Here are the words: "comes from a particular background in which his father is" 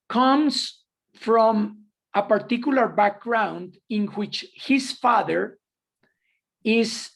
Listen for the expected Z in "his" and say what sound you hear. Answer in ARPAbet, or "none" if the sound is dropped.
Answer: S